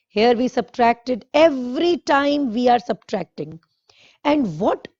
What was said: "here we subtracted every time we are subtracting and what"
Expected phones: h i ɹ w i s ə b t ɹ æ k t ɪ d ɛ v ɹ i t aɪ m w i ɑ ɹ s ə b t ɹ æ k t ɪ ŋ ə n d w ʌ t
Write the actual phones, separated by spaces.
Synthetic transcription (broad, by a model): h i ɹ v i s ə b t ɹ æ k t ɪ d ɛ v ɹ i t aɪ m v i ɑ ɹ s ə b t ɹ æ k t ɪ ŋ ə n d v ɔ t